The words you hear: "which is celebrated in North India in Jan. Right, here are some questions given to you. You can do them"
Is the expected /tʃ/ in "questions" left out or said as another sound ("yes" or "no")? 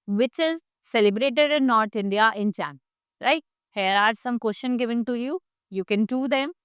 yes